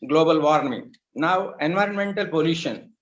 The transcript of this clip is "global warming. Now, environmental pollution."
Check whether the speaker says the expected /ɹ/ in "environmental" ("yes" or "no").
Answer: yes